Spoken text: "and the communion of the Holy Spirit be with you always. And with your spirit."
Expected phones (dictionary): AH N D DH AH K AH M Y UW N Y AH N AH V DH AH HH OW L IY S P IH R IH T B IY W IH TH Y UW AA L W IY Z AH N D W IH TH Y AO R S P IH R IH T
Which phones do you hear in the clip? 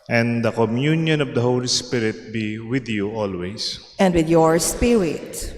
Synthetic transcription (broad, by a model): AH N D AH K AH M Y UW N Y AH N AH V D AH HH OW L IY S P IH R IH T B IY W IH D Y UW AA L W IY S AH N D W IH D Y AO R S P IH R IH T